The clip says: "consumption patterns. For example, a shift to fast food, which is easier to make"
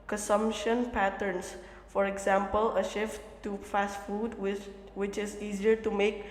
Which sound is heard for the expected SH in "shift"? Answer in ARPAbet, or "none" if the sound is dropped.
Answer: SH